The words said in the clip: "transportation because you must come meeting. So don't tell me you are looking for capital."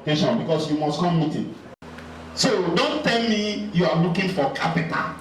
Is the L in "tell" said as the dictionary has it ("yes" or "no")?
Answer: yes